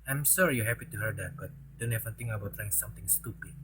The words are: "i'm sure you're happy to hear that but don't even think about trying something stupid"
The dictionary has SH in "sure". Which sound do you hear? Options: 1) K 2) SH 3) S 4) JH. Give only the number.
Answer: 3